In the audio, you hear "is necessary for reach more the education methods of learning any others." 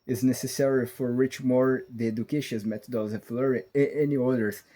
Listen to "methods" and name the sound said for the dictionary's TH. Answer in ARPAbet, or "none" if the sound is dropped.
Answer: T